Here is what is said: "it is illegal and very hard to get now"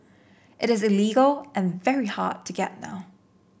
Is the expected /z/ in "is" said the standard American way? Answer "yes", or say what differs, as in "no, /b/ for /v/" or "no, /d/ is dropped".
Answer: yes